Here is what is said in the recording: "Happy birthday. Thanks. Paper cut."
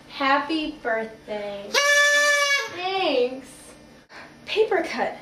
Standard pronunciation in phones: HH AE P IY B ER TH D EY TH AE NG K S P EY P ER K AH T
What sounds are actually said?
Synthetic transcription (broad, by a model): HH AE P IY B ER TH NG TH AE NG S P EY P ER K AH T